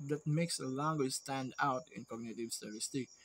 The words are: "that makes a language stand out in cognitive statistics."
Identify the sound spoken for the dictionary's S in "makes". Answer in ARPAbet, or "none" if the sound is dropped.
S